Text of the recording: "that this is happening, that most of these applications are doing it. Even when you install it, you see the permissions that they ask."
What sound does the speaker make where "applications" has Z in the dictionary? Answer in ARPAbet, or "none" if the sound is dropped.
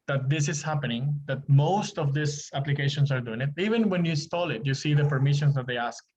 S